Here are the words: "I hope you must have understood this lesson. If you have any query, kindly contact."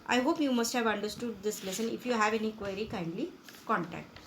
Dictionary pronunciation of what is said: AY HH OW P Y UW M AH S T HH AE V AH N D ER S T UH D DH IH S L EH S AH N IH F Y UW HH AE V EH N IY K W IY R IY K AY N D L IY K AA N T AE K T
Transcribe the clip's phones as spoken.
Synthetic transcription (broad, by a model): AY HH OW P Y UW M AH S T HH AE V AH N D ER S T UH D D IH S L EH S AH N IH F Y UW HH AE V EH N IY K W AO R IY K AY N D L IY K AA N T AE K T